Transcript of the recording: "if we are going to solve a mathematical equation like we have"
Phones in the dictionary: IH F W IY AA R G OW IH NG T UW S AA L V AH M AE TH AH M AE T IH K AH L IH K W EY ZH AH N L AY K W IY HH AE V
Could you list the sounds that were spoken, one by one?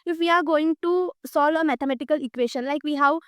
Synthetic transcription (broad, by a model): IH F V IY AA R G OW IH NG T UW S AA L V AH M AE T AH M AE T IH K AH L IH K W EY SH AH N L AY K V IY HH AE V